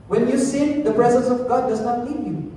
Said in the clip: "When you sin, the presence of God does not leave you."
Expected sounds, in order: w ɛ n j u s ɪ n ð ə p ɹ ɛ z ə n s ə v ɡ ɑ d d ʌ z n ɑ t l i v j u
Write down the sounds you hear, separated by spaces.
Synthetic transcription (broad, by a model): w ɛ n j u s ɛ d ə p ɹ ɛ z ə n s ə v ɡ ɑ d d ʌ z n ɑ t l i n j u